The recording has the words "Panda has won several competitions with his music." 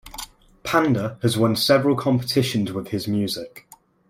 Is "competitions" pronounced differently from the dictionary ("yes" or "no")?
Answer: no